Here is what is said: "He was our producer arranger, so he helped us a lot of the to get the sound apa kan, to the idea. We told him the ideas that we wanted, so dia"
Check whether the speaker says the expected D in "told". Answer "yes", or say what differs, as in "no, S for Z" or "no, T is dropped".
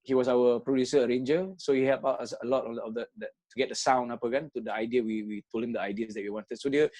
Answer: no, D is dropped